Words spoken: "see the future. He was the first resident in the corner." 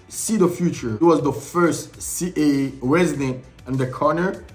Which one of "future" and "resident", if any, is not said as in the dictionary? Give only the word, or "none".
none